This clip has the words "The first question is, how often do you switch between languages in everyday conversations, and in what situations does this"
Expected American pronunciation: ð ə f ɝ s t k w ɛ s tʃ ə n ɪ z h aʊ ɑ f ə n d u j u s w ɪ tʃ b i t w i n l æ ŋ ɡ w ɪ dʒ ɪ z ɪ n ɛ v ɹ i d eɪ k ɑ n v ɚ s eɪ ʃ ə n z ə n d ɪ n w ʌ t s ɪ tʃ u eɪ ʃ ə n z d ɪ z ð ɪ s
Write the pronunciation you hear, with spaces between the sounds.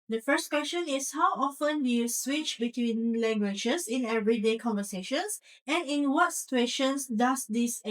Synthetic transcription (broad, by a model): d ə f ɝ s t k w ɛ s tʃ ə n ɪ s h aʊ ɑ f ə n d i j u s w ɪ tʃ b i t w i n l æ ŋ ɡ w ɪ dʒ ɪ s ɪ n ɛ v ɹ i d eɪ k ɑ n v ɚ s eɪ ʃ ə n s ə n ɪ n w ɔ t s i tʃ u eɪ ʃ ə n s d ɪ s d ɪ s